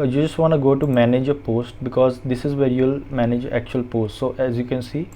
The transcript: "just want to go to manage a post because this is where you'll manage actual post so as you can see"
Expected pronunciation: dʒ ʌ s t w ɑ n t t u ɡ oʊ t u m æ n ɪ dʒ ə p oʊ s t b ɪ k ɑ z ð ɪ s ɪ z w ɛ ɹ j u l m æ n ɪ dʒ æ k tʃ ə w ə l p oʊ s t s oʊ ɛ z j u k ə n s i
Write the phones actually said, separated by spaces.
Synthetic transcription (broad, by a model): dʒ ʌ s t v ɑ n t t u ɡ oʊ t u m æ n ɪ dʒ ə p oʊ s t b ɪ k ɑ z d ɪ s ɪ z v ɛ ɹ j u l m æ n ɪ dʒ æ k tʃ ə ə l p oʊ s t s oʊ ɛ z j u k ə n s i